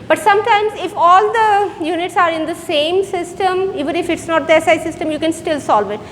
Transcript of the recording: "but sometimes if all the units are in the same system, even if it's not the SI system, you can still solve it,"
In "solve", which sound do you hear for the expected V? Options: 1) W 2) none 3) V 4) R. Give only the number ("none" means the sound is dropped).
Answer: 3